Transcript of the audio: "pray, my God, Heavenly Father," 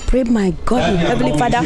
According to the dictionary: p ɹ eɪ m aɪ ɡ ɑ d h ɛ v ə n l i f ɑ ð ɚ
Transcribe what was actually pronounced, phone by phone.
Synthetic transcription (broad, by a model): p ɹ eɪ m aɪ ɡ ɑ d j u ə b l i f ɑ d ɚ